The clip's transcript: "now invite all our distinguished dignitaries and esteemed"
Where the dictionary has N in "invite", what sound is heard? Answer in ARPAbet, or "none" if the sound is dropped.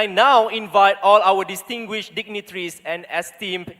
N